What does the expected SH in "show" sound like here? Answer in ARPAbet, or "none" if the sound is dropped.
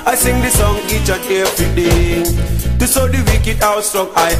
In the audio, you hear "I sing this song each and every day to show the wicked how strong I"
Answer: S